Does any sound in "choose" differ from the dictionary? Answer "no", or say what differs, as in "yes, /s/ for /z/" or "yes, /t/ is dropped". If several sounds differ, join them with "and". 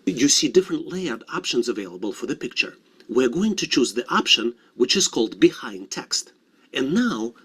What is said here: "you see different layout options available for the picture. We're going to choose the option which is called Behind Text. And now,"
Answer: no